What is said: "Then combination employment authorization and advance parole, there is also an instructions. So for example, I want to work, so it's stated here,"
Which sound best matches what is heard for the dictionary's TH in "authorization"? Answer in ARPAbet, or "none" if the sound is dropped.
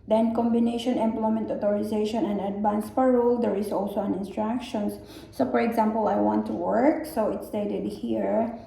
T